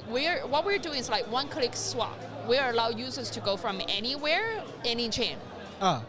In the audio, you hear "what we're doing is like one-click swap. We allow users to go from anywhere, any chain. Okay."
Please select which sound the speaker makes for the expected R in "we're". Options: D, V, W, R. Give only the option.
R